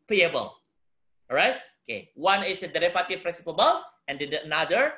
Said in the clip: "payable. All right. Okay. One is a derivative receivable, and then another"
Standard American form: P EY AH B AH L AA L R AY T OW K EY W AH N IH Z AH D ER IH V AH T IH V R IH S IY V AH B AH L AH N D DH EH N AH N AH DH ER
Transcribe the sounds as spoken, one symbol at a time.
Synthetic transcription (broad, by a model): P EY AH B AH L L R AY T OW K EY W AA N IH S AH D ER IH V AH T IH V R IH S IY P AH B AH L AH N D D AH AH N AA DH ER